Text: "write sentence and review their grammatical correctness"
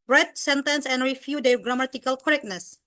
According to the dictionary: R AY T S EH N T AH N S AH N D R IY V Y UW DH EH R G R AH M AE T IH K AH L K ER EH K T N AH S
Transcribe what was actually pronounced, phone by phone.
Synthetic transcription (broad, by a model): R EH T S EH N T AH N S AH N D R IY F Y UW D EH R G R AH M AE T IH K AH L K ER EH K N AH S